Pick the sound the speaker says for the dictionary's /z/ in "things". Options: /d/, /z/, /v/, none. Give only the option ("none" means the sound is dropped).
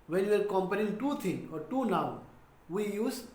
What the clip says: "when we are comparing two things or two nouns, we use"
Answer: none